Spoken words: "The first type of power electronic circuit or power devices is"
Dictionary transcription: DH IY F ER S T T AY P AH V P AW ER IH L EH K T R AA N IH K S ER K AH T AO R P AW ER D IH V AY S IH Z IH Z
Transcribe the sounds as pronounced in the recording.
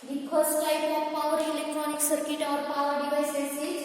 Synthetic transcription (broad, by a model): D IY P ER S T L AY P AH P AW ER IH L EH K T R AA N IH K S ER K AH T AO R P AW ER D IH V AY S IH S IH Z